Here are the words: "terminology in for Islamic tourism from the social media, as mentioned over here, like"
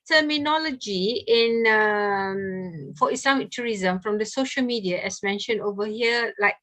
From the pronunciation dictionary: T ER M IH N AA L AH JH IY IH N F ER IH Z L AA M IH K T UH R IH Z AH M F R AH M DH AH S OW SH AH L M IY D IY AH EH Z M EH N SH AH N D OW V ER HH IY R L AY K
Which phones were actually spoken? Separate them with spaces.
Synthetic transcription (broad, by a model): T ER M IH N AA L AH JH IY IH N F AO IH S L AA M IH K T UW R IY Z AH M F R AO M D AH S OW SH AH L M IY D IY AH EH S M EH N SH AH N D OW V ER HH IY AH L AY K